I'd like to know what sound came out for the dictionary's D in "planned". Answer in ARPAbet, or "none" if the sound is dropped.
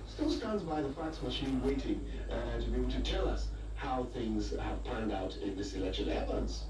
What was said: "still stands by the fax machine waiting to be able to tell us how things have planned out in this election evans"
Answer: D